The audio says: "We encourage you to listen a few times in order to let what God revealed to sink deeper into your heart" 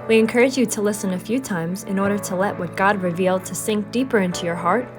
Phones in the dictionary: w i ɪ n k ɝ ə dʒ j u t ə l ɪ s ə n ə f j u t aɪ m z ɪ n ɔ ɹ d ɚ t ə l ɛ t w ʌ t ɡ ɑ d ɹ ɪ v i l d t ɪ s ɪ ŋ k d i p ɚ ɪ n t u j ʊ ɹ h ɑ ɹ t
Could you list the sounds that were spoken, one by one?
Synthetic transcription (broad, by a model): w i ɪ n k ɝ ə dʒ j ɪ t ə l ɪ s ə n ə f j u t aɪ m z ɪ n ɔ ɹ d ɚ t ə l ɛ t w ʌ t ɡ ɑ d ɹ ɪ v i l d t ɪ s ɪ ŋ k d i p ɚ ɪ n t u j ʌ ɹ h ɑ ɹ t